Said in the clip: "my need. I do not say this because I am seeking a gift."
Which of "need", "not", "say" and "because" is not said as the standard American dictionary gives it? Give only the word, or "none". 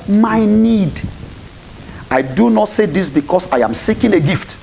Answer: because